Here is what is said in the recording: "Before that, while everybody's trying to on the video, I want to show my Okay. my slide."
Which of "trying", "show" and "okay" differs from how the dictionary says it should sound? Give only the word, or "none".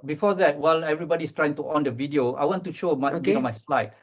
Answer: okay